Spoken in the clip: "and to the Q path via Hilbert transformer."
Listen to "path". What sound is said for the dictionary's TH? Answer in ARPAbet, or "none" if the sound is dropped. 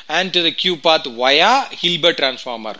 T